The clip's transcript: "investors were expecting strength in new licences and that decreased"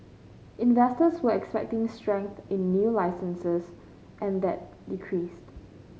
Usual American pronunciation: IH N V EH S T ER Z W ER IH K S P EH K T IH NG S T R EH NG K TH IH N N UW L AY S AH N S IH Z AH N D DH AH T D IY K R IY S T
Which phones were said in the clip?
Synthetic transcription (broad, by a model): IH N V EH S T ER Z W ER IH K S P EH K T IH NG S T R EH NG K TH IH N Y UW L AY S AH N S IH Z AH N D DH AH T D IY K R IY S T